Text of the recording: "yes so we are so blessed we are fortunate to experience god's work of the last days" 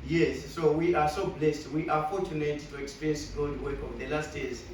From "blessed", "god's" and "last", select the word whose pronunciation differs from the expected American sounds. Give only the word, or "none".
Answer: god's